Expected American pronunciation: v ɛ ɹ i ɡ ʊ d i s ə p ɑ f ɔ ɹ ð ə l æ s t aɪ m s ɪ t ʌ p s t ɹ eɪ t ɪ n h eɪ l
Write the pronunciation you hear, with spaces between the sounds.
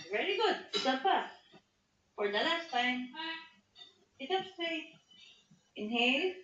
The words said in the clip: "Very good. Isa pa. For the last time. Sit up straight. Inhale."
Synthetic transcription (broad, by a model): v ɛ ɹ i ɡ ʊ d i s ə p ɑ f ɔ ɹ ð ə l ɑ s t aɪ m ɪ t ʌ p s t eɪ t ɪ n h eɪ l